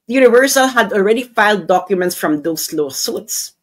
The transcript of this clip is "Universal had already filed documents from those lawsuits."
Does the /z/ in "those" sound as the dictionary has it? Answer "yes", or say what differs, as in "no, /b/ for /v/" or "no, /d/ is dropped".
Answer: no, /s/ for /z/